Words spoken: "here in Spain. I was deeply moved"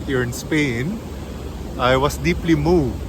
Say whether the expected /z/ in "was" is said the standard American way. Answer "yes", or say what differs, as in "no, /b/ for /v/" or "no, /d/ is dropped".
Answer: no, /s/ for /z/